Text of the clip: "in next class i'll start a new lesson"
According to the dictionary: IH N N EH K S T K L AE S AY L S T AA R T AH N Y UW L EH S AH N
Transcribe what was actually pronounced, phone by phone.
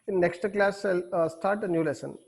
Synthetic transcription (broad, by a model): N N EH K S T K L AE S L S T AA R T AH N Y UW L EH S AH N